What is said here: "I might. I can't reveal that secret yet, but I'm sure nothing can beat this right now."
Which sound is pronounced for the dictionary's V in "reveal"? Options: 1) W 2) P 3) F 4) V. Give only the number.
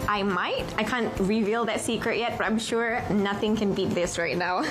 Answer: 4